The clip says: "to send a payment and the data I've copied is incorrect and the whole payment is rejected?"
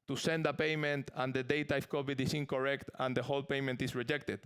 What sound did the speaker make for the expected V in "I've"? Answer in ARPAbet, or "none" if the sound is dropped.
F